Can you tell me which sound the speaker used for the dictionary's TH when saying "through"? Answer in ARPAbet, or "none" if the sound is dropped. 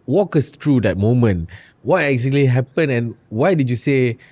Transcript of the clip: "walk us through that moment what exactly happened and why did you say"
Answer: T